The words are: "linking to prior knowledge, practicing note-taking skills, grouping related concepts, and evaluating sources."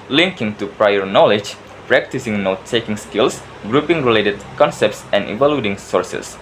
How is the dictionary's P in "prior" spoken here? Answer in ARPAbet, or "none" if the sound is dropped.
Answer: P